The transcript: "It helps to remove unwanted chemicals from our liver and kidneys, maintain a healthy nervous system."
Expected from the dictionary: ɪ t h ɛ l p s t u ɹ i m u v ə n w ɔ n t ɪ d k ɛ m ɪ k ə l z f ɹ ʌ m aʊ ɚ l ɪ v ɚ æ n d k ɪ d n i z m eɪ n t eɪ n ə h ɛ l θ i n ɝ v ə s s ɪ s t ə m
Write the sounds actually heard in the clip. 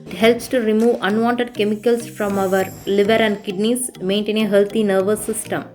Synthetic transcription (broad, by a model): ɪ t h ɛ l p s t u ɹ i m u v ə n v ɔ n t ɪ d k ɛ m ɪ k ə l s f ɹ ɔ m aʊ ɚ l ɪ v ɚ æ n d k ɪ d n i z m eɪ n t eɪ n ə h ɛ l t i n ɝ v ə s s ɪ s t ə m